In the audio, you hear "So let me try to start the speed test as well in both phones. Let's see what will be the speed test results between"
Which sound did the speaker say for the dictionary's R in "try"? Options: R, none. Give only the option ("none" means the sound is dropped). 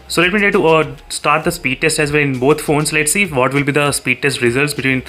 none